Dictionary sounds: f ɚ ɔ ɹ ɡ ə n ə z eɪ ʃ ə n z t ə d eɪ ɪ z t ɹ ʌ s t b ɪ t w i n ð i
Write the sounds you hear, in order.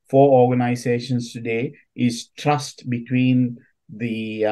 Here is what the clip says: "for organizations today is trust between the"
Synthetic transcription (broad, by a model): f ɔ ɔ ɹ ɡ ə n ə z eɪ ʃ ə n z t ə d eɪ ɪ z t ɹ ʌ s t b ɪ t w i n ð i